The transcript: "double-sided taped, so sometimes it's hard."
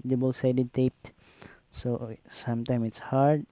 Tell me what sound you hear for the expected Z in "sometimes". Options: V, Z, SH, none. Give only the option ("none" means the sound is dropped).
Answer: none